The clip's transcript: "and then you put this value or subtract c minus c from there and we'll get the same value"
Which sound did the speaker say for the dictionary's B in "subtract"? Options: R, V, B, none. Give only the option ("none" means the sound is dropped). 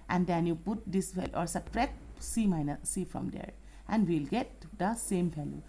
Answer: none